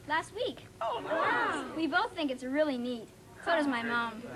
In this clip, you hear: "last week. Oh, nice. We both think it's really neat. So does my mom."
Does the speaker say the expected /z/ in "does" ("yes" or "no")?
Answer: yes